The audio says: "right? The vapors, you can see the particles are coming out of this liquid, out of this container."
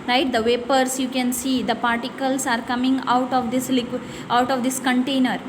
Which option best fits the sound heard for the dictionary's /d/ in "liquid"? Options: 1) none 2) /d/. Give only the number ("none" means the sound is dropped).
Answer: 1